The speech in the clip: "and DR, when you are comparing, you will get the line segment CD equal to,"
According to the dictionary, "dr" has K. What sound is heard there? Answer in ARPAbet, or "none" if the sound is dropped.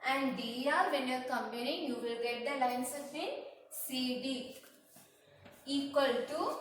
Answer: none